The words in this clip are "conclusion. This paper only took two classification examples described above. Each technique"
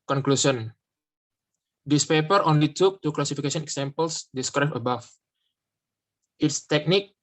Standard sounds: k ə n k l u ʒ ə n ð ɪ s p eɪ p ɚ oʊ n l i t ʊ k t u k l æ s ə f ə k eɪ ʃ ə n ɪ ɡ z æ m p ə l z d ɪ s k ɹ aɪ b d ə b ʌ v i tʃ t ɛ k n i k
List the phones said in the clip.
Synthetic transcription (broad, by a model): k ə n k l u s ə n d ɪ s p eɪ p ɚ oʊ n l i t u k t u k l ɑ s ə f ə k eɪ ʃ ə n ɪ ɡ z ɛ m p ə l s d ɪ s k ɹ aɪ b ə b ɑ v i s t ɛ k n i k